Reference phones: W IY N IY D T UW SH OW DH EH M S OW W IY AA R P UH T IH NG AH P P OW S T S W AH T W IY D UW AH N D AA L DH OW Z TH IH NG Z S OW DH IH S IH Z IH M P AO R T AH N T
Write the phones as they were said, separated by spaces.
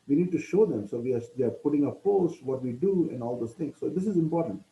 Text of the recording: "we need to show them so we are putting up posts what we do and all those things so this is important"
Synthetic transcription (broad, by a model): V IY N IY D T UW SH OW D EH M S OW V IY AA R P UH T IH NG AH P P OW S T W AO T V IY D UW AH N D AA L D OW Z T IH NG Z S OW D IH S IH Z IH M P AO R T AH N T